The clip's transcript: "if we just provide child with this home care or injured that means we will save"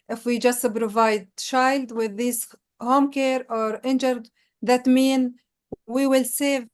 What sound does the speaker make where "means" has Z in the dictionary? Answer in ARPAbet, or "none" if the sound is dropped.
none